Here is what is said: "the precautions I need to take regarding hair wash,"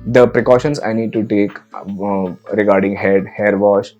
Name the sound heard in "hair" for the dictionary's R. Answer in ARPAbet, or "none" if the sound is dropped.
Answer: R